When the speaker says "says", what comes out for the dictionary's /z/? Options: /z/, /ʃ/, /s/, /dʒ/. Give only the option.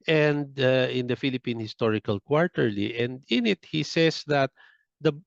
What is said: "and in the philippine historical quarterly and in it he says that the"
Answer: /s/